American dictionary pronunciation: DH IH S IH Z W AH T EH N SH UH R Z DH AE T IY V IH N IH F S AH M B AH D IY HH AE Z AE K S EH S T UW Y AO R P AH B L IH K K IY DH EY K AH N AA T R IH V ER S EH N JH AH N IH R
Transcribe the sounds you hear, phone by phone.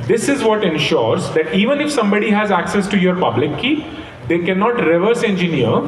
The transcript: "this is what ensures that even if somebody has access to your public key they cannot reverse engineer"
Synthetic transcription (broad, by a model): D IH S IH Z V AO T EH N SH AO R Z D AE T IY V IH N IH F S AH M B AH D IY HH AE Z AE K S EH S T UW Y AO R P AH B L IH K K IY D EY K AH N AA T R IH V ER S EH N JH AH N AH R